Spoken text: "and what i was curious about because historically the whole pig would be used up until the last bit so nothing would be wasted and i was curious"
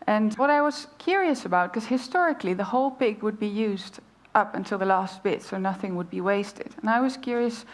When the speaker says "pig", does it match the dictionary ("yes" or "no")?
yes